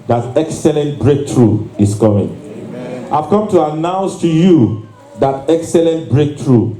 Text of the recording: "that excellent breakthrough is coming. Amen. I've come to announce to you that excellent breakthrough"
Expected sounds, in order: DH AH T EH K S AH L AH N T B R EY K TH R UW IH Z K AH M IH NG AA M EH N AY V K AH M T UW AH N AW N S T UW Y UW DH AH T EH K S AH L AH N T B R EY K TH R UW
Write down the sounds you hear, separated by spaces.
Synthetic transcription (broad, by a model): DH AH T EH K S AH L AH N T B R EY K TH R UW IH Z K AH M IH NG AA IH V K AH M T UW AH N AW N S T UW Y UW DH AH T EH K S AH L AH N T B R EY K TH R UW